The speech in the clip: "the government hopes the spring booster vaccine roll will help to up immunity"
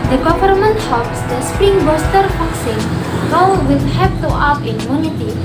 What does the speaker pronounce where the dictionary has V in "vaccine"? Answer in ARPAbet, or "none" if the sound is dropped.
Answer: F